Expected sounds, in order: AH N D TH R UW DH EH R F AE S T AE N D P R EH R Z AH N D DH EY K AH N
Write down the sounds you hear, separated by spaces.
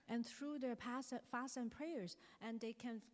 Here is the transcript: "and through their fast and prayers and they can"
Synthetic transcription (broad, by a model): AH N TH R UW DH EH R P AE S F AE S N P R EH R Z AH N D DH EY K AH N